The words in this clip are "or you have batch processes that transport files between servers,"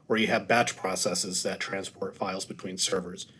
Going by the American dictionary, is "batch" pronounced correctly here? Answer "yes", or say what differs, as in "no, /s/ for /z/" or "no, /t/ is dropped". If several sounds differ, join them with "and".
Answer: yes